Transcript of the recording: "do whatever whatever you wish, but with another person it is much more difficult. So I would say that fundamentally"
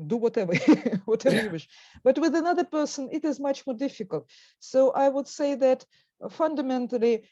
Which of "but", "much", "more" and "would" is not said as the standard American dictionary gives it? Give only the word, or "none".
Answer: none